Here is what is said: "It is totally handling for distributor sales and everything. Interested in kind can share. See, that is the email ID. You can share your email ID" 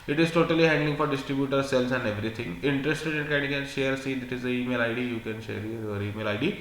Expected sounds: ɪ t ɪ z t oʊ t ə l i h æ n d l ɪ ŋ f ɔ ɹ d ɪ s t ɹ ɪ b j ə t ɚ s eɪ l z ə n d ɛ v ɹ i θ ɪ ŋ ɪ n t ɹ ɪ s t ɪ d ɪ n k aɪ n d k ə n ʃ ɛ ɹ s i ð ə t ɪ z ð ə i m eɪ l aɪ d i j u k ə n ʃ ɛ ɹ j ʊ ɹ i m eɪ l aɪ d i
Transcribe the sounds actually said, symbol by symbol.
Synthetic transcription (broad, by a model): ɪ t ɪ z t oʊ t ə l i h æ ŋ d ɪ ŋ f ɔ ɹ d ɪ s t ɹ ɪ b j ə t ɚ s eɪ l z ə n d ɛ v ɹ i t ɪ ŋ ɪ n t ɹ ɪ s t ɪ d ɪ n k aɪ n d k ə n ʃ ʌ ɹ s i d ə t ɪ z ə i m eɪ l aɪ d i j u k ə n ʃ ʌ ɹ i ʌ ɹ i m eɪ l aɪ d i